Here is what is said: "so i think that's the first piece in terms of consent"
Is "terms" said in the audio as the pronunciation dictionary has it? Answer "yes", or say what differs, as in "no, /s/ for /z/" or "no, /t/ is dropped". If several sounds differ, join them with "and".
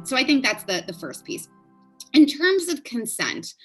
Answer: yes